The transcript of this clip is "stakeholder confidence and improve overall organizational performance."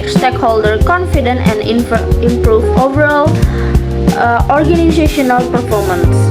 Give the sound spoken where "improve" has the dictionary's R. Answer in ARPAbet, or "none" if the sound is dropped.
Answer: R